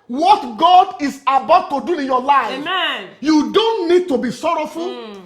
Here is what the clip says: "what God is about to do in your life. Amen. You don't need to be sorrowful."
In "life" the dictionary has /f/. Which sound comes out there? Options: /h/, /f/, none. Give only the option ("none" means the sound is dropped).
none